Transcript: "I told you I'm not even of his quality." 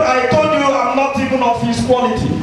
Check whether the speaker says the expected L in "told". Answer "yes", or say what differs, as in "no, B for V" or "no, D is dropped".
no, L is dropped